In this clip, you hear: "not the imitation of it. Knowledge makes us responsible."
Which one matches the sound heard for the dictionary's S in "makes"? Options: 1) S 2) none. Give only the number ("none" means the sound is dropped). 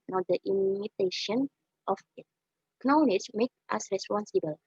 2